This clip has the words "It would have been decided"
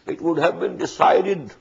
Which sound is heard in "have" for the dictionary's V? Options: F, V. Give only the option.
V